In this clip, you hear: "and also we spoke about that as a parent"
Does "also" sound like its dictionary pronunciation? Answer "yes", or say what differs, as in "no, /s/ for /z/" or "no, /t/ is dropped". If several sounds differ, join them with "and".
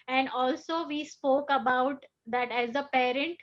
yes